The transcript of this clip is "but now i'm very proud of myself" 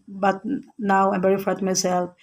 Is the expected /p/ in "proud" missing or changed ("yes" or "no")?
yes